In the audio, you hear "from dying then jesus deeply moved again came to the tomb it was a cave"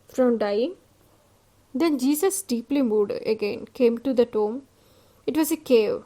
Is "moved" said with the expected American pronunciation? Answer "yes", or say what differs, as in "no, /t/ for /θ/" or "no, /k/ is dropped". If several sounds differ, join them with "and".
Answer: no, /v/ is dropped